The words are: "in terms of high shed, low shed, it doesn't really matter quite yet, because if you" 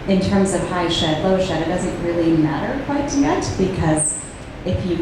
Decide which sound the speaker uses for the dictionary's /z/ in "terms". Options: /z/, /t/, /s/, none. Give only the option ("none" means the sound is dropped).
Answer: /z/